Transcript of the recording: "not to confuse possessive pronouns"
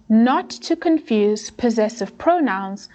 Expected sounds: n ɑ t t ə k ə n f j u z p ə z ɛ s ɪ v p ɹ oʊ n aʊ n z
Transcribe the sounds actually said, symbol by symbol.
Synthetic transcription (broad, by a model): n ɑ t t ə k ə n f j u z p ə z ɛ s ɪ v p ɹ oʊ n aʊ n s